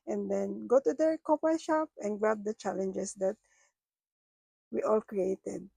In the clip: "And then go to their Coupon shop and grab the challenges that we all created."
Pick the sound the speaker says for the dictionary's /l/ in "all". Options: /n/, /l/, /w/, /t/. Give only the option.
/l/